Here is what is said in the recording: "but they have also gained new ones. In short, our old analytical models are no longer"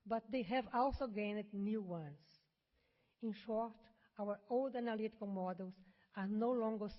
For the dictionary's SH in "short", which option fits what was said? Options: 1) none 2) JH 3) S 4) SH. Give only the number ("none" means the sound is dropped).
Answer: 4